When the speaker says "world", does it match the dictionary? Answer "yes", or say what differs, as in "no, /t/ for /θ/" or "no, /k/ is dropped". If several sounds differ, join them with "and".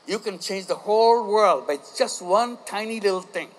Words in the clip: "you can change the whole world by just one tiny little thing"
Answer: yes